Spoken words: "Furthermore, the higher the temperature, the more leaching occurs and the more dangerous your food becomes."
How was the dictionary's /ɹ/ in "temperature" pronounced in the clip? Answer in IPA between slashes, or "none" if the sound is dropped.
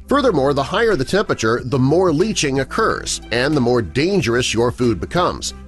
/ɹ/